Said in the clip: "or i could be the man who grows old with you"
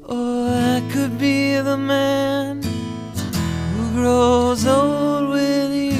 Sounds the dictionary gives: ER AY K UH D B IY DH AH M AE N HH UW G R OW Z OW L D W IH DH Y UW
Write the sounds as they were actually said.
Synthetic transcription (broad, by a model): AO AY K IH D B IY DH AH M AE N HH UW G R OW Z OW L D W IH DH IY